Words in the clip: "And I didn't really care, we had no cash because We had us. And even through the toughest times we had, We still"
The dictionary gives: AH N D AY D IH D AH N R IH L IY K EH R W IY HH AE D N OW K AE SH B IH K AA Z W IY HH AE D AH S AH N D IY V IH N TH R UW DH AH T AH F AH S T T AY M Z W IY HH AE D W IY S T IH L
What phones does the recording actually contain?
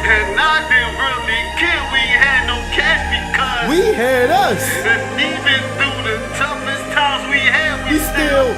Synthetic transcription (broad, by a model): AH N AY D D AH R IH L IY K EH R W IY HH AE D N OW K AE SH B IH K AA W IY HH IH D AH S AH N IY V IH N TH UW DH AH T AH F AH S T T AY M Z W IY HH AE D W IY S T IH L